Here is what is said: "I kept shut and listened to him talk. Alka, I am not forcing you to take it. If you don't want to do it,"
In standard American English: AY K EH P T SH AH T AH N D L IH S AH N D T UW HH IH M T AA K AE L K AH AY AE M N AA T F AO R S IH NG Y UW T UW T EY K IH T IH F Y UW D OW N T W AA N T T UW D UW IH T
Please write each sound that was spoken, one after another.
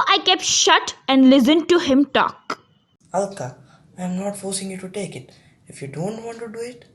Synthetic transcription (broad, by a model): AY K EH P T SH AH T AH N D L IH S AH N D T UW HH IH M T AA K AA L K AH AY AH M N AA T F AO R S IH NG Y UW T UW T EY K IH T IH F Y UW D OW N T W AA N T T UW D UW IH T